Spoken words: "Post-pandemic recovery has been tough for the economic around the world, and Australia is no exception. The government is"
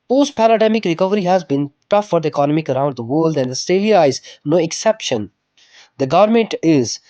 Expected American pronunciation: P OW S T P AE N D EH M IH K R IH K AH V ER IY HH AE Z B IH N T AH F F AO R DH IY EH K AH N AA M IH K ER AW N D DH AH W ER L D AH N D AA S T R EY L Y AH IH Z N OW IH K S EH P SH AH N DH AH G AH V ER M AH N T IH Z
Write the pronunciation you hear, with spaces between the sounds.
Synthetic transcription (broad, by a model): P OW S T P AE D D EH M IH K R IH K AH V ER IY HH AE Z B IH N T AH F F AO R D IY K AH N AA M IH K ER AW N D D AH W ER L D AH N D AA S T EY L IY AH IH Z N OW IH K S EH P SH AH N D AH G AH V ER M AH N T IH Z